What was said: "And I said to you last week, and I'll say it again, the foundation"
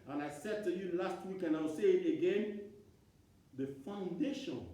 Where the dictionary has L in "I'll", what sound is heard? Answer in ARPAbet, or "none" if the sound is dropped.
W